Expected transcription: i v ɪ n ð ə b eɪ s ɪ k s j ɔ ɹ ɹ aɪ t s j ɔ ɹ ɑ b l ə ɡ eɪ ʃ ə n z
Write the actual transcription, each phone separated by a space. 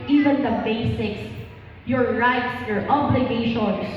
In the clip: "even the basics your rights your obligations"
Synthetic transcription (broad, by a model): i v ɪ n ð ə b eɪ s ɪ k s j ɔ ɹ ɹ aɪ t s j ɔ ɹ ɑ b l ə ɡ eɪ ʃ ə n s